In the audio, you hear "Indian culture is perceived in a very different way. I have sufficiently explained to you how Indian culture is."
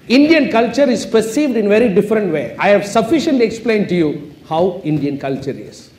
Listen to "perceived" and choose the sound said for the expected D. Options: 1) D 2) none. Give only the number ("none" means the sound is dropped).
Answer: 1